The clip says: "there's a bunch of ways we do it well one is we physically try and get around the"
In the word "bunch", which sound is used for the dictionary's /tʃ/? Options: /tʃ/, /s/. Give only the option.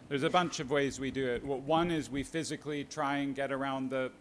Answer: /tʃ/